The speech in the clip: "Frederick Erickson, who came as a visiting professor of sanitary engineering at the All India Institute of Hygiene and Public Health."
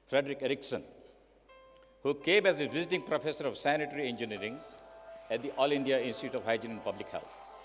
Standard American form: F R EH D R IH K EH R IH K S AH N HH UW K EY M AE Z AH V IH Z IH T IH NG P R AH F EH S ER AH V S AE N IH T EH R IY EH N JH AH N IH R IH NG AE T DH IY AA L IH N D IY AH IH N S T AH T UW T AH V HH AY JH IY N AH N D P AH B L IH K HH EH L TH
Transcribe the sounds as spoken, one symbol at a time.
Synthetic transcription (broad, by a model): F R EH D R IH K EH R IH K S AH N HH UW K EY M AE Z AH V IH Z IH T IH NG P R AH F EH S ER AH V S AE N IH T R IY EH N JH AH N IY R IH NG AE T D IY AA L IH N D IY AH IH N S T AH T UW T AH V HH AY JH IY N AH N P AH B L IH K HH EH L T